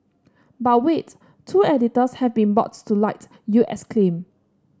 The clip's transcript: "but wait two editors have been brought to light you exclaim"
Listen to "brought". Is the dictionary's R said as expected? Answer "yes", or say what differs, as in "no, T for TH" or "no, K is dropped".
no, R is dropped